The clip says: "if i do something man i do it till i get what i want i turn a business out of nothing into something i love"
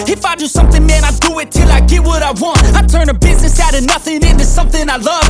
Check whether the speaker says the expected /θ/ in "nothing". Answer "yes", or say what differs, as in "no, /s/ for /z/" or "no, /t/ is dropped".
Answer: yes